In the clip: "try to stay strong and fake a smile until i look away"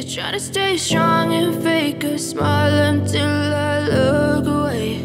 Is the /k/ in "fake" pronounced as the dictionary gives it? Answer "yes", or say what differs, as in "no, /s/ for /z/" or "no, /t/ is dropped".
yes